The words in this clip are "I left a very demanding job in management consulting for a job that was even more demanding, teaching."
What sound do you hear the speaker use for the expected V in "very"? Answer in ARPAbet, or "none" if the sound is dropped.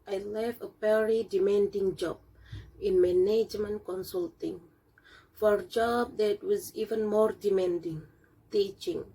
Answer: P